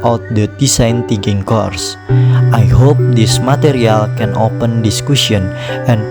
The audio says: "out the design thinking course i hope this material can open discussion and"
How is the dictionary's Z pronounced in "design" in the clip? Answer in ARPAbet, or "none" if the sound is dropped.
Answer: S